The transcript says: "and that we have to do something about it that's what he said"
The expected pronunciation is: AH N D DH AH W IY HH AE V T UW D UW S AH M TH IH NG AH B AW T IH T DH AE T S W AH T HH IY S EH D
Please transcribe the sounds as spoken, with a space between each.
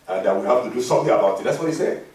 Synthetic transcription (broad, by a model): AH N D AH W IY HH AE F T UW D UW S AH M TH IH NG AH B AW T IH T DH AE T S W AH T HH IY S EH